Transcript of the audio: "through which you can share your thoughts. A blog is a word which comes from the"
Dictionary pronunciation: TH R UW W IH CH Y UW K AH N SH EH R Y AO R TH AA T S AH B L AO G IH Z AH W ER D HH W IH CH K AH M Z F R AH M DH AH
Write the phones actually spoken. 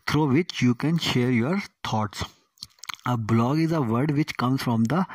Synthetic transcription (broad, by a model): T R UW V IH CH Y UW K AH N SH EH R Y AO R T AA T S AH B L AO G IH Z AH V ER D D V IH CH K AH M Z F R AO M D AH